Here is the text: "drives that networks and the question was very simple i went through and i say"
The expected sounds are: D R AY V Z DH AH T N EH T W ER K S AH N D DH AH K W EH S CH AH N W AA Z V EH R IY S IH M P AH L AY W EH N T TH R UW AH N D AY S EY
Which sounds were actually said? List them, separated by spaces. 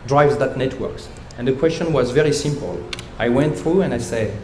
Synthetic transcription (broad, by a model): D R AY V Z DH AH T N EH T W ER K S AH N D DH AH K W EH S CH AH N W AA Z V EH R IY S IH M P AH L AY W EH N T TH R UW AH N D AY S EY